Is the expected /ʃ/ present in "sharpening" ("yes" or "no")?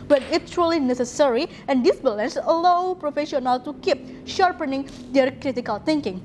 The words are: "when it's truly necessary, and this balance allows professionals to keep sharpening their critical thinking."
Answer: yes